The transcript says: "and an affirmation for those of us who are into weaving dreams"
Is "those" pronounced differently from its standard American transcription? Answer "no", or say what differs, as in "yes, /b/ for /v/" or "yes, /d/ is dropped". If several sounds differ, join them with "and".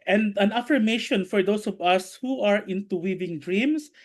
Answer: yes, /s/ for /z/